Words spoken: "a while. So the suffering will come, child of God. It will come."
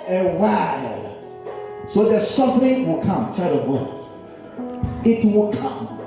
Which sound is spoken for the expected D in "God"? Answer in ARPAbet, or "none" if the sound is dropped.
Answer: none